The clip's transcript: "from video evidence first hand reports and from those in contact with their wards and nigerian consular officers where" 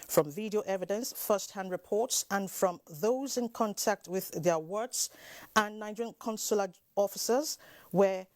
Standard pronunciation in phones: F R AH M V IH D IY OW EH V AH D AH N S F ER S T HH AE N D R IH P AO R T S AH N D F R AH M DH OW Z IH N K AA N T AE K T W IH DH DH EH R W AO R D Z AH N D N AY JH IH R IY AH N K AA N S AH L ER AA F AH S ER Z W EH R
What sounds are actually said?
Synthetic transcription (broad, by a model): F R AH M V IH D IY OW EH V AH D AH N S F ER S T HH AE N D R IH P AO R T S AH N F R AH M DH OW Z IH N K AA N T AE K T W IH DH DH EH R W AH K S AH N N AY IH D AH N K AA N S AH L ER AA F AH S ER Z W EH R